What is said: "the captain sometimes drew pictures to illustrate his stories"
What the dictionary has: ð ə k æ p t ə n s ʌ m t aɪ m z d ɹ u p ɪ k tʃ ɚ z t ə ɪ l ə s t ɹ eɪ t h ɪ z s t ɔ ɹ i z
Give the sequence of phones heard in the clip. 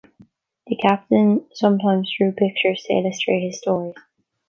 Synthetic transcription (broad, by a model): ð ə k æ p t ə n s ʌ m t aɪ m z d ɹ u p ɪ k tʃ ɚ z t ə ɪ l ə s t ɹ eɪ t h ɪ z s t ɔ ɹ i